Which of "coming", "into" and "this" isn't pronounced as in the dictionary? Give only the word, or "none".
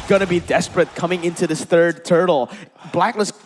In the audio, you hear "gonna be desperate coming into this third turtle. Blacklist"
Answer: none